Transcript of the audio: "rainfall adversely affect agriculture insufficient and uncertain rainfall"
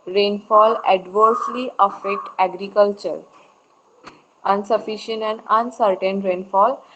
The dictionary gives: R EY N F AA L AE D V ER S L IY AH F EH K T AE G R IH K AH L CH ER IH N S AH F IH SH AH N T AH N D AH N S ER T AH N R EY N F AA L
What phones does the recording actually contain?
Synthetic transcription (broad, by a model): R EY N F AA L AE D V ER S L IY AH F EH K T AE G R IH K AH L CH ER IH N S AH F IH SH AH N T AH N D AH N S ER T AH N R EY N F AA L